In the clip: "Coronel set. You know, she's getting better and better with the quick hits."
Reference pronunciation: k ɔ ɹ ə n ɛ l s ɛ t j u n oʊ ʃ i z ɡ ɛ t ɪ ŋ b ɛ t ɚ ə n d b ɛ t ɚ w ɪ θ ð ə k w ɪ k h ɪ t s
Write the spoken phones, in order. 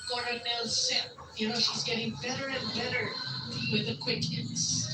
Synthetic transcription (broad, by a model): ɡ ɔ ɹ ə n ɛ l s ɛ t j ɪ n oʊ ʃ i z ɡ ɛ t ɪ ŋ b ɛ t ɚ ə n b ɛ t ɚ w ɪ ð ə k w ɪ k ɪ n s